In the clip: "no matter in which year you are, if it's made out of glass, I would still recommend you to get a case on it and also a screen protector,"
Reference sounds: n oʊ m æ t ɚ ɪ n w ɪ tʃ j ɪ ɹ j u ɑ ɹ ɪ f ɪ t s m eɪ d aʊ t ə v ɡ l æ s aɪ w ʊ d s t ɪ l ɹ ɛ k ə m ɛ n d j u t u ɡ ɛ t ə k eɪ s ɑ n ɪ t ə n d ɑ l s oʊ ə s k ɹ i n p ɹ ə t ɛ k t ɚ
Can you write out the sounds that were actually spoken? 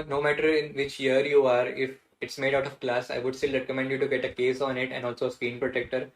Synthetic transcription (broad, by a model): n oʊ m æ t ɚ ɪ n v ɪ tʃ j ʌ ɹ j u ɑ ɹ ɪ f ɪ t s m eɪ d aʊ t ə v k l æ s aɪ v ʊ d s t ɪ l ɹ ɛ k ə m ɛ n d j u t u ɡ ɛ t ə k eɪ s ɑ n ɪ t ə n d ɑ l s oʊ ə s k i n p ɹ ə t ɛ k t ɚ